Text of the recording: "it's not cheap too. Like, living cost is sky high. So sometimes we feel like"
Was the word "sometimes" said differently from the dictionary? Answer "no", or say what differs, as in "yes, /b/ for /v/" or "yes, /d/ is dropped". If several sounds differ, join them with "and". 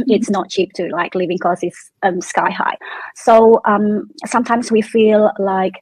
no